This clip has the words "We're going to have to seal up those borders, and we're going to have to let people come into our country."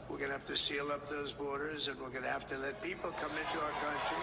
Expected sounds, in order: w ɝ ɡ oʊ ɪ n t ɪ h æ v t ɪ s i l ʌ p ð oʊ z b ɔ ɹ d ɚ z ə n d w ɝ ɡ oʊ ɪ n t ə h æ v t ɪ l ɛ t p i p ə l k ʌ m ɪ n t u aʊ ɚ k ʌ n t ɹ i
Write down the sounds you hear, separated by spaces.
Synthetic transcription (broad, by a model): w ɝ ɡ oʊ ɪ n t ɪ h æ f t ɪ s i l ʌ p ð oʊ z b ɔ ɹ d ɚ z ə n w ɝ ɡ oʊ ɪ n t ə h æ f t ɪ l ɛ t p i p l k ʌ m ɪ n t u aʊ ɚ k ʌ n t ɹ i